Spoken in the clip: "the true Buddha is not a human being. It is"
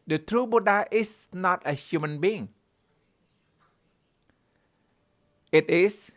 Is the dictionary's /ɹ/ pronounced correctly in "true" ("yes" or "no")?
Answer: yes